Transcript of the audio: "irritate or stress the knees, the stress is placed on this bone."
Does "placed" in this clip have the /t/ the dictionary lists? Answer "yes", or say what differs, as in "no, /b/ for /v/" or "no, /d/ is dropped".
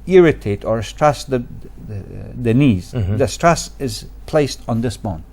yes